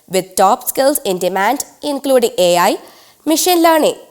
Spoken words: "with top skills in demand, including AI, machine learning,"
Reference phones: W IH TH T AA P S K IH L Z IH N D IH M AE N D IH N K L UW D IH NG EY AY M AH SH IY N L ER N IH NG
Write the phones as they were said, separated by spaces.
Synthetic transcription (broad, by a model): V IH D T AA P S K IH L S IH N D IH M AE N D IH N K L UW D IH NG EY AY M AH SH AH N L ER N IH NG